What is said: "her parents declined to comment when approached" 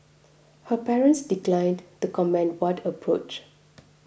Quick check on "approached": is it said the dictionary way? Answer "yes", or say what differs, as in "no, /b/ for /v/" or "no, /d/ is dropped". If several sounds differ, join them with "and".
no, /t/ is dropped